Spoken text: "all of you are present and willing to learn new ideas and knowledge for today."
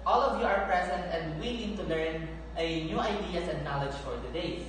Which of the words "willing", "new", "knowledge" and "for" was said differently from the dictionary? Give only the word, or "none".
willing